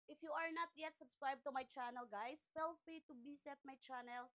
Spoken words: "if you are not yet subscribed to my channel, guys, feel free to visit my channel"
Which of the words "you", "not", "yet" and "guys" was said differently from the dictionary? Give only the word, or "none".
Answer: guys